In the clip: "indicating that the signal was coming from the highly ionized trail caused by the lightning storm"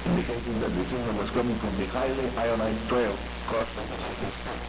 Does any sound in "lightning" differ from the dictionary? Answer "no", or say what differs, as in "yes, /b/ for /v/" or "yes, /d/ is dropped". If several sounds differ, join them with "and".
yes, /n/ is dropped